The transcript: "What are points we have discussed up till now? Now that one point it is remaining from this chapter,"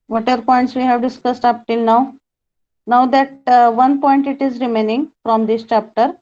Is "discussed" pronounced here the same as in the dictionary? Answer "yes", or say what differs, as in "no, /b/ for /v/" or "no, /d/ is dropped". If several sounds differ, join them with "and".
yes